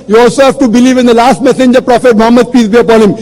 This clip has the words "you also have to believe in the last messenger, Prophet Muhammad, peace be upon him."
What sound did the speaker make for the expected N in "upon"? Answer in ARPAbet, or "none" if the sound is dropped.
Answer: L